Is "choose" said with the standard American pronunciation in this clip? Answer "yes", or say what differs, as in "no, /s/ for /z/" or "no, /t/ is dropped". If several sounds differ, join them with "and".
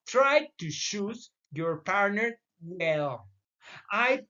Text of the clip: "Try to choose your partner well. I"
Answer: no, /ʃ/ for /tʃ/